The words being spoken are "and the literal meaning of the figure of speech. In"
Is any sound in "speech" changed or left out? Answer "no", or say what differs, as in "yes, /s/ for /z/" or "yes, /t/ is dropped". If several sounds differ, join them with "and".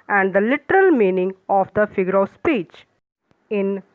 no